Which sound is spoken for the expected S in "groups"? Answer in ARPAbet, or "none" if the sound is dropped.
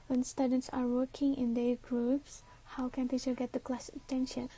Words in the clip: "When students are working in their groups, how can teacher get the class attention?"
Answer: S